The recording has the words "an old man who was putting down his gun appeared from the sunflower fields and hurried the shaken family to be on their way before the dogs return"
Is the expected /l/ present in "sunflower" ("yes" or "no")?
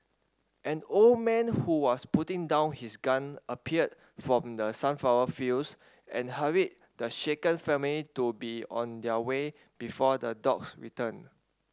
no